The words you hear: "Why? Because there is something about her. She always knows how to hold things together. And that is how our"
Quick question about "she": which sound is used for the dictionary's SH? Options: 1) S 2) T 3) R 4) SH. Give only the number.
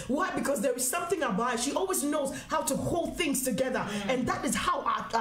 4